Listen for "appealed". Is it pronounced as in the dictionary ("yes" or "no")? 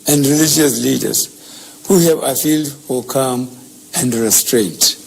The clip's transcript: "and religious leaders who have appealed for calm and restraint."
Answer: no